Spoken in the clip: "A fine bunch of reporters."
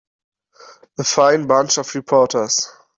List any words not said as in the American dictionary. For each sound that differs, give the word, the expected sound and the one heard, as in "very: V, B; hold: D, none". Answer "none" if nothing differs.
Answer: of: V, F; reporters: Z, S